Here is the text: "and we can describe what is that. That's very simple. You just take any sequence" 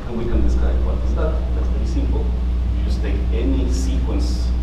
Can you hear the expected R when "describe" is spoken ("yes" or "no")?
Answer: no